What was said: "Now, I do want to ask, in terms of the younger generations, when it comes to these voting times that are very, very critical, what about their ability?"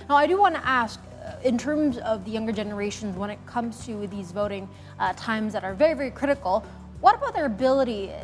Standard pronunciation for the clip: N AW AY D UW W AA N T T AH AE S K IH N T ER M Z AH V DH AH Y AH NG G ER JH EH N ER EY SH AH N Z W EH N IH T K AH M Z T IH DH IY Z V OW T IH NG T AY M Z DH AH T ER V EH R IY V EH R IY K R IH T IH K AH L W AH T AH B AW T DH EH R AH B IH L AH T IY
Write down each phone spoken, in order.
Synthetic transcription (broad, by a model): N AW AY D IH W AA N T T AE S K IH N T ER M Z AH V DH AH Y AH NG G ER JH EH N ER EY SH AH N Z W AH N IH T K AH M Z T IH DH IY Z V OW T IH NG T AY M Z DH AH T ER V EH R IY V EH R IY K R IH T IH K L W AH T AH B AW T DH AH R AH B IH L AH T IY